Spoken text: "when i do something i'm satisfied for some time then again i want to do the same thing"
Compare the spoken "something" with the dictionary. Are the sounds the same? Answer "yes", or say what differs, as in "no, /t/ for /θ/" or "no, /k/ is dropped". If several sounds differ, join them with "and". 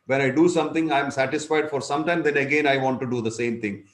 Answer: no, /t/ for /θ/